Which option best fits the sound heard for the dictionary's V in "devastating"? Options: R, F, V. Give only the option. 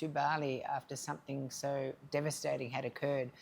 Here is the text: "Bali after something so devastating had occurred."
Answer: V